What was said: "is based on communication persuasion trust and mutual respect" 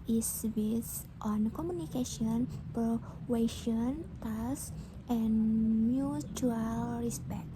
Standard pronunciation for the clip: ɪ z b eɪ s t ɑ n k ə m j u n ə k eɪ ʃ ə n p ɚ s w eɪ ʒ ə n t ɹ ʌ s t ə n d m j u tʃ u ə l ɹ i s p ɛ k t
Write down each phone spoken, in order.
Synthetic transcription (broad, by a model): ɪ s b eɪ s t ɑ n k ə m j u n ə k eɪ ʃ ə n p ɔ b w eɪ ʃ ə n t ɑ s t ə n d m j u tʃ u ə l ɹ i s p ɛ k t